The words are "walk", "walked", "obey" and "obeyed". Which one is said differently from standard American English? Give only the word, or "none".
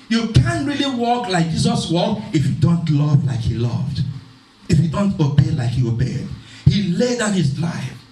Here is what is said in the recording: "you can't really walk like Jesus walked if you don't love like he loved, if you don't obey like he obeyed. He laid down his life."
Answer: walked